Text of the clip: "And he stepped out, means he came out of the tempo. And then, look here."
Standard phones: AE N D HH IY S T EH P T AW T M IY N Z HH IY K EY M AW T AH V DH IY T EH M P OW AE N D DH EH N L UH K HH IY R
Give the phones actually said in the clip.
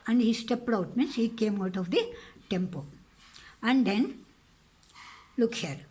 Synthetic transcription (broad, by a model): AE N D HH IY S T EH P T AW T M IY N S HH IY K EY M AW T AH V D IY T EH M P OW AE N D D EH N L UH K HH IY R